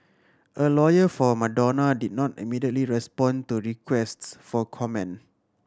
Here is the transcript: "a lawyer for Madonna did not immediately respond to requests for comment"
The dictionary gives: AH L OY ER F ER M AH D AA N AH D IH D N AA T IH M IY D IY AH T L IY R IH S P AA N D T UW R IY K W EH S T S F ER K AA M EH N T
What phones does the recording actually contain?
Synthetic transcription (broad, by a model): AH L OY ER F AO M AH D AA N AH D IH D N AA T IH M IY D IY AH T L IY R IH S P AA N T UW R IY K W EH S T S F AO K AA M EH N